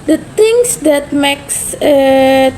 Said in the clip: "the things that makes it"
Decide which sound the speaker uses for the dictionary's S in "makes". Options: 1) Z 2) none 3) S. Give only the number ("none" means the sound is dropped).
3